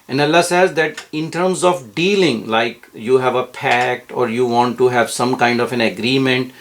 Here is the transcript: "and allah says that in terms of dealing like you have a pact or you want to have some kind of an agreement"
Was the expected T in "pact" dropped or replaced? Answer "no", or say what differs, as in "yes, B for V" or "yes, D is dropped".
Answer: no